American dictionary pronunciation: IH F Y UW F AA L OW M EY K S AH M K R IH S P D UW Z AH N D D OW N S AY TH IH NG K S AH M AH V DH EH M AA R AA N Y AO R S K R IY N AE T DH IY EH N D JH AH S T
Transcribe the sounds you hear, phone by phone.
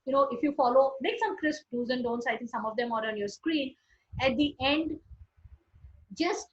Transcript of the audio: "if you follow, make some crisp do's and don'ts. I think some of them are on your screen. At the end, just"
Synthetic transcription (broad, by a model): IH F Y UW F AA L OW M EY K S AH M K R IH S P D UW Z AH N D D OW N S AY T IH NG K S AH M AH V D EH M AA R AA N Y AO R S K R IY N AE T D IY EH N D JH AH S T